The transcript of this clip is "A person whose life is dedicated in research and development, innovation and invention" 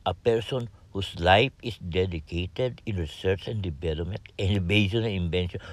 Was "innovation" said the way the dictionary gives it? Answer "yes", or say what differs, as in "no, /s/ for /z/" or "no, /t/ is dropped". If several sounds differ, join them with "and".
no, /b/ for /v/